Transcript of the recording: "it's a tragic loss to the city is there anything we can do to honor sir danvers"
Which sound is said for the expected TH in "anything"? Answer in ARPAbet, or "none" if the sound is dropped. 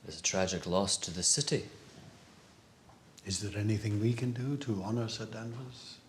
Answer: TH